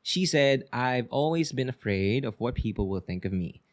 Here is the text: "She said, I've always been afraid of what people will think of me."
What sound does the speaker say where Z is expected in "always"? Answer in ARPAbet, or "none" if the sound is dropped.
Z